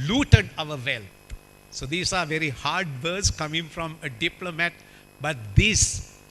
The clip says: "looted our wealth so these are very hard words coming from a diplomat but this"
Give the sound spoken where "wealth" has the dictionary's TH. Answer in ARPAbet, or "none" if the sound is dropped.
T